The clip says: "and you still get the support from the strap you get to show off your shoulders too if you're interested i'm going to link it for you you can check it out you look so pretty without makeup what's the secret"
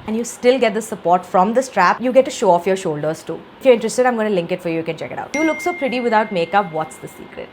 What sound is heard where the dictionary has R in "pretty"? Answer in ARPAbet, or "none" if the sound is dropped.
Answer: R